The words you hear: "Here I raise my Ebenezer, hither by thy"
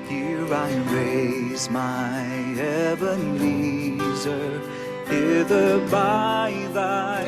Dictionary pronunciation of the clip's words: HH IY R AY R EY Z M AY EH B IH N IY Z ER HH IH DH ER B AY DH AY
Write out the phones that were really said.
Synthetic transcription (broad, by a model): HH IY R AY R EY Z M AY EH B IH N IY Z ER HH IH DH ER B AY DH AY